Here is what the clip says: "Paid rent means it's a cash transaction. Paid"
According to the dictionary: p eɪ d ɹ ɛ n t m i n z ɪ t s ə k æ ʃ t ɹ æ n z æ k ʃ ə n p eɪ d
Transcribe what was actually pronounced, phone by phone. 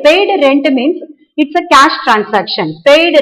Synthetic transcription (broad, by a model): p eɪ d ɹ ɛ n t m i n s ɪ t s ə k æ ʃ t ɹ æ n s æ k ʃ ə n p eɪ d